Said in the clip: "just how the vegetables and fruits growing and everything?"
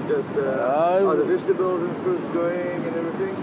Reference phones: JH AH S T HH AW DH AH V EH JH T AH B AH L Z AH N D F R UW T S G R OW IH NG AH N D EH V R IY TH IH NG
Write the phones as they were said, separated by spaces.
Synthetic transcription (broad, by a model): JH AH S T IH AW DH AH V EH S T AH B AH L Z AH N F R UW T S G OW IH NG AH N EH V R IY TH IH NG